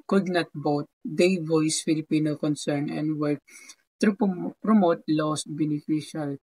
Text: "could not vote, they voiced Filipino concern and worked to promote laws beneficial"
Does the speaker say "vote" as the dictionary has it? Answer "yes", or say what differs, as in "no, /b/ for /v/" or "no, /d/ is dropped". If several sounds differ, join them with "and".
no, /b/ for /v/